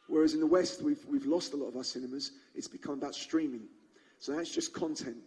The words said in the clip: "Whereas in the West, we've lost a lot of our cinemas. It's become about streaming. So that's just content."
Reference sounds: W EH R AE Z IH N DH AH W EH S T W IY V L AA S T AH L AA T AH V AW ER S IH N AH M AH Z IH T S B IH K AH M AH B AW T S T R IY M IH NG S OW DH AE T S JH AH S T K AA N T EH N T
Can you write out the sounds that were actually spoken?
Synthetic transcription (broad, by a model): W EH R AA Z IH N DH AH W EH S T W IY V L AA S T AH L AA T AH V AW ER S IH N AH M AH Z IH T S B IH K AH M AH B AW T S T R IY M IH NG S OW DH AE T S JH AH S K AA N T EH N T